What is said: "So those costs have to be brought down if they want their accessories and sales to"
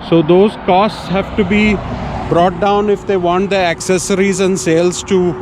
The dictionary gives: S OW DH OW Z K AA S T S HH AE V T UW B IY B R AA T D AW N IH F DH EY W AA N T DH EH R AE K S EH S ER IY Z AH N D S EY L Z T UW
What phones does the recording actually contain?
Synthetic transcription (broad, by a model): S OW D OW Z K AA S T S HH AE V T UW B IY B R AA T D AW N IH F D EY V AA N T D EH AE K S EH S ER IY Z AH N D S EY L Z T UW